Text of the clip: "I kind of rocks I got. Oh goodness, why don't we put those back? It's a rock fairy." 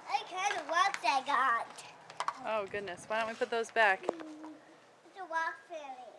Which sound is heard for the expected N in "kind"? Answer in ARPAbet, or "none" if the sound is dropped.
none